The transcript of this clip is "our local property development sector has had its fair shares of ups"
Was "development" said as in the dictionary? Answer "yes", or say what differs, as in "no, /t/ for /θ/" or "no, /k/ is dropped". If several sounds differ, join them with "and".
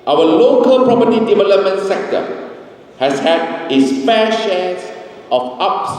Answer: yes